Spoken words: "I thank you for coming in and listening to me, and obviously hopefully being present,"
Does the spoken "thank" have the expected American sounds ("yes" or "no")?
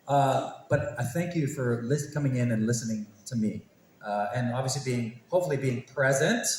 yes